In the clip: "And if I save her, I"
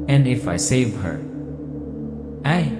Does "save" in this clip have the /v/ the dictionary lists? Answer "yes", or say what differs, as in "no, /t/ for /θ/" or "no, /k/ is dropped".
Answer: yes